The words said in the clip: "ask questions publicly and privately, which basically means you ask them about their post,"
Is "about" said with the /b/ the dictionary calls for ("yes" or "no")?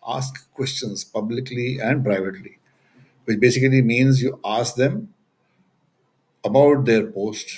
yes